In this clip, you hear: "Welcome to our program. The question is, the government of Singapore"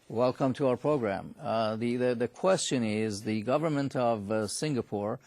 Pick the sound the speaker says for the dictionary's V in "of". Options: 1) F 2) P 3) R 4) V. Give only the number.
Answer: 4